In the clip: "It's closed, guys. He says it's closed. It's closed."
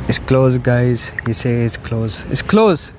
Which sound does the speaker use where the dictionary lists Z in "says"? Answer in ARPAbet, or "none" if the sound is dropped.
none